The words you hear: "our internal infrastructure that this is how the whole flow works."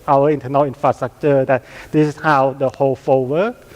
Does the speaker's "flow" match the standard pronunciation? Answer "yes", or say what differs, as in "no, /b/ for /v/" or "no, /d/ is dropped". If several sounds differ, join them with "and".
no, /l/ is dropped